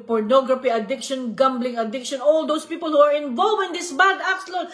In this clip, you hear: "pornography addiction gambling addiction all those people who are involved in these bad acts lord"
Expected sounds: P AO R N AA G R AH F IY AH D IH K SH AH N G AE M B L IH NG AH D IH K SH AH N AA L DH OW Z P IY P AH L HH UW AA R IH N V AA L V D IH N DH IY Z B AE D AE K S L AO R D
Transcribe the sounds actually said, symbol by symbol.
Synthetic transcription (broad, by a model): P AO R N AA G R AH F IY AH D IH K SH AH N G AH M B L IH NG AH D IH K SH AH N AA L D OW S P IY P AH L HH UW AA R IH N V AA L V IH N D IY S B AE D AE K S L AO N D